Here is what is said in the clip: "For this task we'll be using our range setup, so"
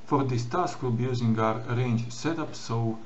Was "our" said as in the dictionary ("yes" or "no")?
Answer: yes